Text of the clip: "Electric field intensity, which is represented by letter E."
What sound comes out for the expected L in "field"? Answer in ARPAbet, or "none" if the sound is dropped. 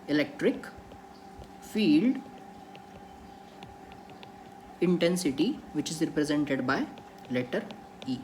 L